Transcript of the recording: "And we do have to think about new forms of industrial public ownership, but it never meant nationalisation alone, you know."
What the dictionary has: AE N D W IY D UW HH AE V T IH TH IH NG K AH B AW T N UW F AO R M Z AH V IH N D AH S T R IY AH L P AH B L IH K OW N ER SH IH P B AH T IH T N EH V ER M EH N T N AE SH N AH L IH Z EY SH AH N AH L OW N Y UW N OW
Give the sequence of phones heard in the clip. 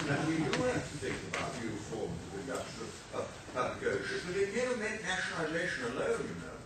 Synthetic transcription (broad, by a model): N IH W IY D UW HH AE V T IH TH IH NG K AH B AW T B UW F AO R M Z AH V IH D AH T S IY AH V P AH B L IH K OW UH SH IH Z B AH T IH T N EH V ER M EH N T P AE SH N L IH Z EY SH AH N AH L OW N Y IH N OW